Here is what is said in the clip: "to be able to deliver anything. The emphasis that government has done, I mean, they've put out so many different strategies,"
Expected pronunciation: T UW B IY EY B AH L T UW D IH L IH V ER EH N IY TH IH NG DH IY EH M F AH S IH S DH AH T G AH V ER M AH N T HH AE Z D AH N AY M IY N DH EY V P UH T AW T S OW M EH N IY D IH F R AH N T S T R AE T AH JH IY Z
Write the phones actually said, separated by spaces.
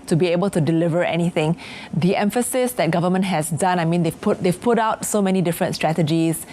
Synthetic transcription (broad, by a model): T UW B IY EY B AH L T UW D IH L IH V ER EH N IY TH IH NG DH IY EH M F AH S IH S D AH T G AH V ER M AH N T HH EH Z D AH N AY M IY N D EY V P UH T AW T S OW M EH N IY D IH F R AH N T S T R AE T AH JH IY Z